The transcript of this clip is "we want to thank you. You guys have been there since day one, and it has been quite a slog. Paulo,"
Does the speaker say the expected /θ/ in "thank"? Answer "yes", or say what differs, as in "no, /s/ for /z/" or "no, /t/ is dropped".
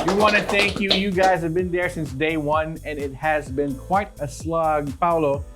yes